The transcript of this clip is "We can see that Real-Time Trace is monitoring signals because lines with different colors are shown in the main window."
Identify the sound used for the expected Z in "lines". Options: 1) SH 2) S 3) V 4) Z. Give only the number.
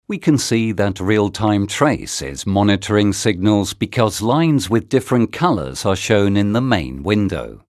4